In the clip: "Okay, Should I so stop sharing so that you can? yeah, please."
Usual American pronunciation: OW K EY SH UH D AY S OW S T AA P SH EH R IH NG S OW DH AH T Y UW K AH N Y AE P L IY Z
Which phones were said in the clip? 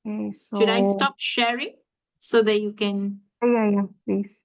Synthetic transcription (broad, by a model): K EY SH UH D AY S S T AA P SH EH R IH NG S OW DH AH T Y UW K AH N Y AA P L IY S